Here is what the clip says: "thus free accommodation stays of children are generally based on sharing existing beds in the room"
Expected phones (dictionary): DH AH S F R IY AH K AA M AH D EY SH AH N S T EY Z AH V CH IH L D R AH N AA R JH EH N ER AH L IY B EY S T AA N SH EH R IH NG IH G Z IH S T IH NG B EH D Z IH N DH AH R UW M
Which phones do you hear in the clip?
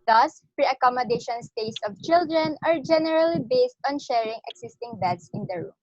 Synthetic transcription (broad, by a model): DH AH S P R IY AH K AA M AH D EY SH AH N S T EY S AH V CH IH L D R AH N AA R JH EH N ER AH L IY B EY S T AA N SH EH R IH NG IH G S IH S T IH NG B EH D S IH N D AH R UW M